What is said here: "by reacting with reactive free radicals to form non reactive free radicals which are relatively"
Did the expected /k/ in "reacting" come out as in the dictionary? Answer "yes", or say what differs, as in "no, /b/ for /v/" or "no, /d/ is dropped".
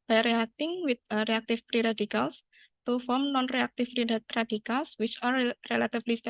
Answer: no, /k/ is dropped